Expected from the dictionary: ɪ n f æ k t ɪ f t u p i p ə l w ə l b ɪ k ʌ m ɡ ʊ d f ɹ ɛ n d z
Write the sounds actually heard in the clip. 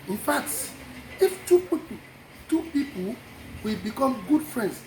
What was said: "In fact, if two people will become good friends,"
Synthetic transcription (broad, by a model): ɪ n f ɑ k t ɪ f t u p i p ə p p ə w b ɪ k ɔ m ɡ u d f ɹ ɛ n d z